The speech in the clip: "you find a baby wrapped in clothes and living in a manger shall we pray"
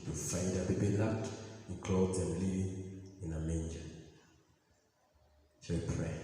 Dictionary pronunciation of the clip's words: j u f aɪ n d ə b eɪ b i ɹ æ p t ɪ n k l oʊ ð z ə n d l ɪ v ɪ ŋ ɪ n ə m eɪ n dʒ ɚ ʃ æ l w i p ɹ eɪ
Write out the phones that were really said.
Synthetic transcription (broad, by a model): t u f aɪ n d ə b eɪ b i l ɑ t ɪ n k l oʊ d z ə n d l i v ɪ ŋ ɪ n ə m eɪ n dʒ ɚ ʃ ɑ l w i p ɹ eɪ